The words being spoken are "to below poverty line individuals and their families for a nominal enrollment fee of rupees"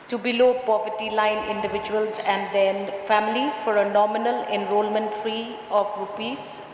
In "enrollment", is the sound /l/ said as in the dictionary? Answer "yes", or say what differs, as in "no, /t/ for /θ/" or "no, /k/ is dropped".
yes